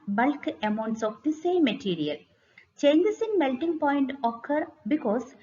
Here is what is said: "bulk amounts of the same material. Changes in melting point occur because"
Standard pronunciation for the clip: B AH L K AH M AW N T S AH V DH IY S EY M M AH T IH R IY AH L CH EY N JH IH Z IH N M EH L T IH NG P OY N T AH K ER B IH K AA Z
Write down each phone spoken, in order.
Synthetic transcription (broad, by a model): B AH L K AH M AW N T S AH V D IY S EY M M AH T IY R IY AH L CH EY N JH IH S IH N M EH L T IH NG P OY N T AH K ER B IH K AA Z